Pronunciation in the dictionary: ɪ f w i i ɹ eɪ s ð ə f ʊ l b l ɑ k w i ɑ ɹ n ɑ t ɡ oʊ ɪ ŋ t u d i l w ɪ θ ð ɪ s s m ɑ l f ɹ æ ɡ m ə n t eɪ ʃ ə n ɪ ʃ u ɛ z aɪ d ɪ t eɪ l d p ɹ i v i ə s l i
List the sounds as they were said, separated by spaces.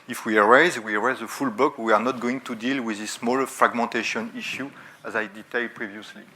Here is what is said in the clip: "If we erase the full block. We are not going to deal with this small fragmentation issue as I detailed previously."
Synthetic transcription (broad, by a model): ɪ f w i i ɹ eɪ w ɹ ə f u l b ɑ k w i ɑ ɹ n ɑ t ɡ oʊ ɪ ŋ t u d i l w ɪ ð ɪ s s m ɑ l f ɹ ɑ ɡ m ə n t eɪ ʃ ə n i ʃ u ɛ z aɪ d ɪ t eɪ l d p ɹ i v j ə s l i